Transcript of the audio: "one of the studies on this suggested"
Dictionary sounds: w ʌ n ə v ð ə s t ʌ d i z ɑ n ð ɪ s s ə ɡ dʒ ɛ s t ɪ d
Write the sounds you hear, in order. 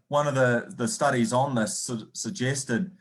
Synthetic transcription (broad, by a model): w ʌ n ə v ð ə s t ʌ d i z n ð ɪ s s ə ɡ dʒ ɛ s t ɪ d